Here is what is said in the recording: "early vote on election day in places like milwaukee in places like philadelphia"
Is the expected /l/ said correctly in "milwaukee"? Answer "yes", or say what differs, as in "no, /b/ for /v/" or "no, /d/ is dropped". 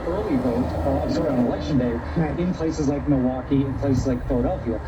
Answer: no, /l/ is dropped